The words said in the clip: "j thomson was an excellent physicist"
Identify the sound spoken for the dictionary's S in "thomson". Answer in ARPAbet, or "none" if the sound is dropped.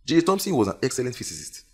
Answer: S